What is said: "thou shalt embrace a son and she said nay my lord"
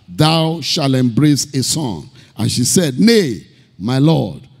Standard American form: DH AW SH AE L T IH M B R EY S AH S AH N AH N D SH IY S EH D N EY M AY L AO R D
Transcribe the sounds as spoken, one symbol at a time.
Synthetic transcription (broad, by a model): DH AW SH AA L IH M B R EY S AH S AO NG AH N SH IY S EH D N EY M AY L AO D